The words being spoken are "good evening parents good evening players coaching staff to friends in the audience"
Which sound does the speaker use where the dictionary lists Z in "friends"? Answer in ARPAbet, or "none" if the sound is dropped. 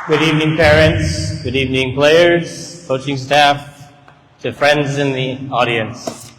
Z